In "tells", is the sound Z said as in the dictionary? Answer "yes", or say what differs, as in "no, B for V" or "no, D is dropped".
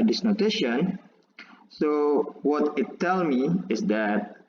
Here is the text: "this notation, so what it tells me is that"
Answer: no, Z is dropped